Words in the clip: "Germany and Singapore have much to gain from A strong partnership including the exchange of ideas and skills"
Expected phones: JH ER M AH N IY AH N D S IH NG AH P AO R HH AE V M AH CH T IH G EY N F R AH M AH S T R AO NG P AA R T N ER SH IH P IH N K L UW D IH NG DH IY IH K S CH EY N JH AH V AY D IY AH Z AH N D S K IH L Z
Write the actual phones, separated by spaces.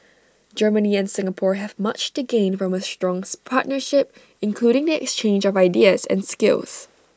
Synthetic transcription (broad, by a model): JH ER M AH N IY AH N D S IH NG AH P AO R HH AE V M AH CH T IH G EY N F R AH M AH S T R AO NG P AA R T N ER SH IH P IH N K L UW D IH NG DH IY IH K S CH EY N JH AH V AY D IY AH Z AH N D S K IH L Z